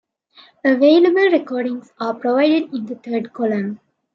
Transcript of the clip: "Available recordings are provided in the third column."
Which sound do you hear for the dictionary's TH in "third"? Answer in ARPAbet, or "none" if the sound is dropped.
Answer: T